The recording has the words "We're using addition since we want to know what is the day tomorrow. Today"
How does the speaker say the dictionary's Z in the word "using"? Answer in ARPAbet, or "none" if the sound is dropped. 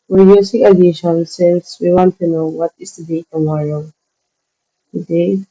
S